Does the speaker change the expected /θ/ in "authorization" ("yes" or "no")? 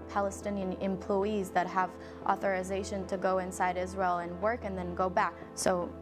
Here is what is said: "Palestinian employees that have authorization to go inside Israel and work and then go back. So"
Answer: no